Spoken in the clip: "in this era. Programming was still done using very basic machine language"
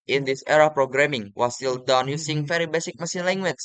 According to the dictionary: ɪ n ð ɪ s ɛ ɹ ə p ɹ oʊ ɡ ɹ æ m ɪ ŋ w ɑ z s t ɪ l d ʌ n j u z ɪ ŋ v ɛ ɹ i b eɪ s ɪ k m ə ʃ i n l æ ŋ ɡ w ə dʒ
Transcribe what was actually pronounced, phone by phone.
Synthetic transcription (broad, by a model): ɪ n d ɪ s ɛ ɹ ə p ɹ oʊ ɡ ɹ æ m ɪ ŋ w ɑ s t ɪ l d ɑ n j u s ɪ ŋ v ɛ ɹ i b eɪ s ɪ k m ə s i n l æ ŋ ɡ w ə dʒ